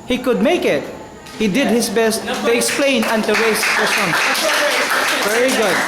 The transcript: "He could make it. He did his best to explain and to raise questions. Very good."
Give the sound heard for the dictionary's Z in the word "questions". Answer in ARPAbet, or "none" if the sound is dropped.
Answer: none